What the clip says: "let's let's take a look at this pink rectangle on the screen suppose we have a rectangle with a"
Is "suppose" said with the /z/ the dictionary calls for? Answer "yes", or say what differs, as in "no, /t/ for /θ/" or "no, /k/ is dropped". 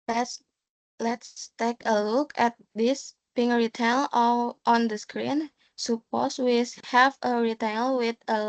no, /s/ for /z/